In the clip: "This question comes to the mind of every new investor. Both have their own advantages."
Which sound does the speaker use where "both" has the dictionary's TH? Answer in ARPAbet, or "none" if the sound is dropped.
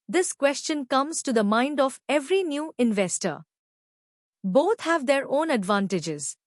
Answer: T